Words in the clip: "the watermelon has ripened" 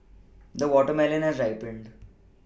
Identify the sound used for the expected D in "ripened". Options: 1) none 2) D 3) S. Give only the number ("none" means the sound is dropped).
2